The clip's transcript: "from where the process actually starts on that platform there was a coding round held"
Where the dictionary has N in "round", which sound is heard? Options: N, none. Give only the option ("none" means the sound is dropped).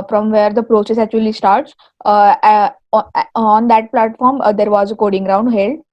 N